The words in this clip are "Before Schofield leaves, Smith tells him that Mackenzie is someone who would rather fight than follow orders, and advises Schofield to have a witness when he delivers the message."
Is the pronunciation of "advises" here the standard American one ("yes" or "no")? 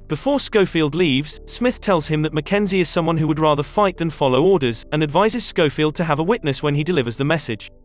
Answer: yes